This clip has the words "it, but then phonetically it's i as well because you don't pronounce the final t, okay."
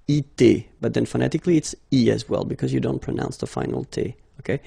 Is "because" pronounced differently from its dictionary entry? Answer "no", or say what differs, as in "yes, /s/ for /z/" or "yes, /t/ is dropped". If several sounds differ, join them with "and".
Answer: no